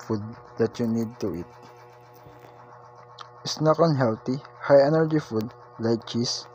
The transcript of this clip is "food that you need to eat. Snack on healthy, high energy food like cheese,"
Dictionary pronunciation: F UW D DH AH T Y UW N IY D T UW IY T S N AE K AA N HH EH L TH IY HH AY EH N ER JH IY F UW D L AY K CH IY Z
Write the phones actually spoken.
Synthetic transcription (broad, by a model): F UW D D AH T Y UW N IY D T UW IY T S N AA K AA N HH EH L T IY HH AY EH N ER JH IY F UW D L AY K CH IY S